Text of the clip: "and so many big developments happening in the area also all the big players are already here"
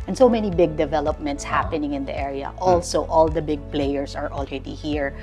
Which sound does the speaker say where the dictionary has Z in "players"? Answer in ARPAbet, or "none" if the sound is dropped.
S